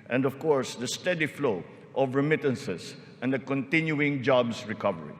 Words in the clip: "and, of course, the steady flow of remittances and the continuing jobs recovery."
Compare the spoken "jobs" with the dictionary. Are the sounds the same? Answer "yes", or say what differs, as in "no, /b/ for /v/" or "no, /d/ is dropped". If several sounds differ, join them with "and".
no, /s/ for /z/